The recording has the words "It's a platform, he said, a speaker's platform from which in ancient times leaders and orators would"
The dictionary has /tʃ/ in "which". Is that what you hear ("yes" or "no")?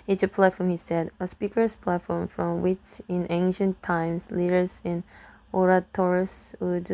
yes